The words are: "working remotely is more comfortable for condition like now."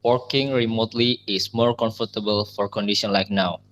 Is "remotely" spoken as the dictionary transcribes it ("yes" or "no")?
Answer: yes